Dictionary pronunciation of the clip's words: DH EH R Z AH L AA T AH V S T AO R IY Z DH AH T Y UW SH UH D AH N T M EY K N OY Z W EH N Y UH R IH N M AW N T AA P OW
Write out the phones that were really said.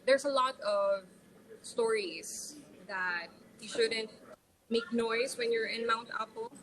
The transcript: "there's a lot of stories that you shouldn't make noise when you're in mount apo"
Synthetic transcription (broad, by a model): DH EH R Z AH L AA T AH V S T AO R IY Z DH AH T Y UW SH UH D AH N T M EY K N OY S W EH N Y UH R IH N M AW N T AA P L